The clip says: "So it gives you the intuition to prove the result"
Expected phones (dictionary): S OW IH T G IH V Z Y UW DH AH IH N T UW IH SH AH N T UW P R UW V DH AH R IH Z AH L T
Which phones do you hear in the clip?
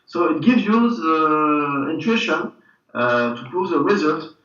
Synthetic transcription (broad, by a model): S OW IH T G IH V Z Y UW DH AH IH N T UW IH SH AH N T UW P UW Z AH R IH Z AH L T